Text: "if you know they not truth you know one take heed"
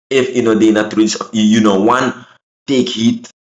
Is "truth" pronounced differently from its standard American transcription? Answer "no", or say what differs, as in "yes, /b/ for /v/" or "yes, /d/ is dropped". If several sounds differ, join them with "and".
yes, /s/ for /θ/